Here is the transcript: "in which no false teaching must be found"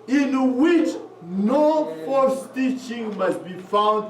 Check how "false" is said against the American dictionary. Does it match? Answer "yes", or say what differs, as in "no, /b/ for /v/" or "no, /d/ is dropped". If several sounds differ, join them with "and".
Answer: no, /l/ is dropped